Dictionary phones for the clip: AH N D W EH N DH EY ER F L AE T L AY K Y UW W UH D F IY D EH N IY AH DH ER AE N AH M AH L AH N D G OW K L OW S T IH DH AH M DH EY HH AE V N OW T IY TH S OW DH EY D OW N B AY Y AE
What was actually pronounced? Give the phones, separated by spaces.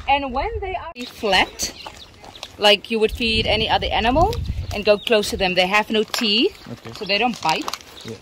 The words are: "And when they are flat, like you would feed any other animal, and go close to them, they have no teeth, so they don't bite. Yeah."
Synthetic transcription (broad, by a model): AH N W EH N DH EY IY F L AE T L AY K Y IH W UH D F IY D EH N IY AH DH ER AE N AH M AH L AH N G OW K L OW S T IH DH AH M DH EY HH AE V N OW T IY S OW DH EY D OW N B AY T